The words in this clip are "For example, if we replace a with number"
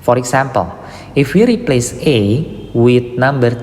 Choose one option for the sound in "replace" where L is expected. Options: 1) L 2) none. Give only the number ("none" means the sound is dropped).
1